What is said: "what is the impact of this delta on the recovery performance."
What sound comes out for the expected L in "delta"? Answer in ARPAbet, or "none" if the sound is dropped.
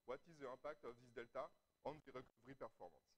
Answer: L